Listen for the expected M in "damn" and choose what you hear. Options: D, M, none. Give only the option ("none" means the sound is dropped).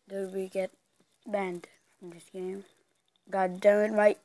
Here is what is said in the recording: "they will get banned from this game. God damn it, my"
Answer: none